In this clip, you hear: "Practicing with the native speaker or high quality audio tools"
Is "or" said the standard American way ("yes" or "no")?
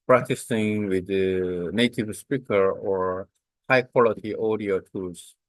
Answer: yes